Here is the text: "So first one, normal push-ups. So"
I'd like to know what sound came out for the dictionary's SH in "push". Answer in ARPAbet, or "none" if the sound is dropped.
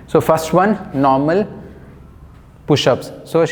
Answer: SH